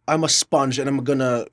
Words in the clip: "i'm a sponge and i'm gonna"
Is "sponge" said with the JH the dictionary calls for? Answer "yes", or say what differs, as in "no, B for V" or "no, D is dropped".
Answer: yes